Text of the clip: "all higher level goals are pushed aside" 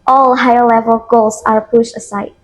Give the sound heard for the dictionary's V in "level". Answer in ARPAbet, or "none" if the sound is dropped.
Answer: V